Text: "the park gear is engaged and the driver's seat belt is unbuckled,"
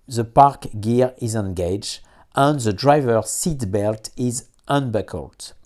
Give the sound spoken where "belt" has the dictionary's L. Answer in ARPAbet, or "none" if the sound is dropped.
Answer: L